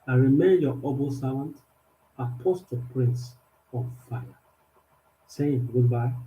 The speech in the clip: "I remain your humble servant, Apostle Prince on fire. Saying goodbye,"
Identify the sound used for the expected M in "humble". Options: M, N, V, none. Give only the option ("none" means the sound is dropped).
none